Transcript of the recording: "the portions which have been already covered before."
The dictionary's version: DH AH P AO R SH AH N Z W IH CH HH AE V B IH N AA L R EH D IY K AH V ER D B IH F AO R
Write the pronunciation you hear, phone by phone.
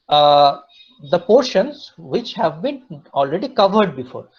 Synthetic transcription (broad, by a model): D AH P AO R SH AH N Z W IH CH HH AE V B IH N AA L R EH D IY K AH V ER D B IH F AO R